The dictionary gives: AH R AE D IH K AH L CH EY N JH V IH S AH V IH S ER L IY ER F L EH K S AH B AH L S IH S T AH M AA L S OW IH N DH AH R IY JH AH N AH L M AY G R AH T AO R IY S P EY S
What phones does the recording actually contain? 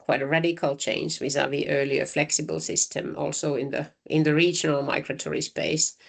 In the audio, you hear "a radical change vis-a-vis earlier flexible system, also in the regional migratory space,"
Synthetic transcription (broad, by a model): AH R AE D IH K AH L CH EY N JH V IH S AH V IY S ER L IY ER F L EH K S AH B AH L S IH S T AH M AA L S OW IH N DH AH R IY JH AH N AH L M AY G R AH T AO R IY S P EY S